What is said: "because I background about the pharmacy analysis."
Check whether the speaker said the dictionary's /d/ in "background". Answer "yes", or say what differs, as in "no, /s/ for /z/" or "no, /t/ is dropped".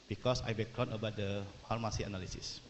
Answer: no, /d/ is dropped